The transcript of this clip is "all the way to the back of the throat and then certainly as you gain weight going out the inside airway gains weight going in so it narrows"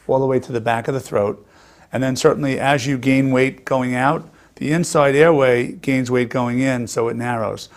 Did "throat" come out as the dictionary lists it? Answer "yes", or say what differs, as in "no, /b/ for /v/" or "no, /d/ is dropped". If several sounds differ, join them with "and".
yes